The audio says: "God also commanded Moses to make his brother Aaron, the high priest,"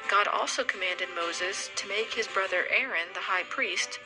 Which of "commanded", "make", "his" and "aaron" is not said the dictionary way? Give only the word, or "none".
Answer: none